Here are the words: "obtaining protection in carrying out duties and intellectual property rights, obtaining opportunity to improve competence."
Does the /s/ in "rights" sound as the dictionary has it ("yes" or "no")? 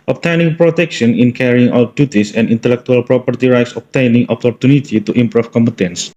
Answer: yes